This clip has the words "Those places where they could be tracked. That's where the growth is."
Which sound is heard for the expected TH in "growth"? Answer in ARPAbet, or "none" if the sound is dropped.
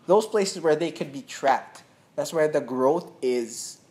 TH